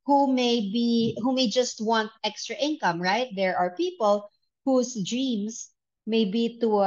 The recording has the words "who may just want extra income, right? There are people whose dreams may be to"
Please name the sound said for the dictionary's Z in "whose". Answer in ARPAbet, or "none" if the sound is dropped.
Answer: S